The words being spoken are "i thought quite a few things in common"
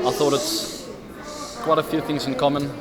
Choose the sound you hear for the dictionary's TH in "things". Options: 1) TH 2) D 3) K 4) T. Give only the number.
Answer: 1